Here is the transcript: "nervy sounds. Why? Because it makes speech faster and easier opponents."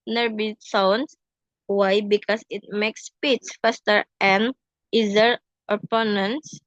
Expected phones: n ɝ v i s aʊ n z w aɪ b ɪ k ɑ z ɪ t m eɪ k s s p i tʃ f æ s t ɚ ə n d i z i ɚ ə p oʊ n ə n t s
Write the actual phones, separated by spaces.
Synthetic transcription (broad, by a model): n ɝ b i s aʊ n s w aɪ b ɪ k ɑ s ɪ t m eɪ k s s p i s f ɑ s t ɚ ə n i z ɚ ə p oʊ n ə n s